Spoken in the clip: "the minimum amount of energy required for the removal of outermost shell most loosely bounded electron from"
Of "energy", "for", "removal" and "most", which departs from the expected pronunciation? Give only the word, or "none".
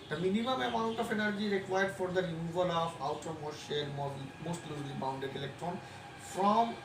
none